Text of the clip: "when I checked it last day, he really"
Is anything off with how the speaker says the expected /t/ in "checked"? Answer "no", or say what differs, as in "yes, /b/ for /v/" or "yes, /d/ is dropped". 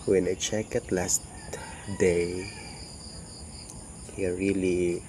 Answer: yes, /t/ is dropped